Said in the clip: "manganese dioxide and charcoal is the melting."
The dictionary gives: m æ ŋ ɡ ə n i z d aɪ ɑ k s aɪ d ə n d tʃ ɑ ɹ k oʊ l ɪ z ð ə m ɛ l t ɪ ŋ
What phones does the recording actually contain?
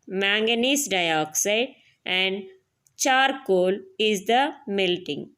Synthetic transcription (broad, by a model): m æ ŋ ɡ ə n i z d aɪ ɑ k s aɪ d ə n d tʃ ɑ ɹ k oʊ l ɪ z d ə m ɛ l t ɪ ŋ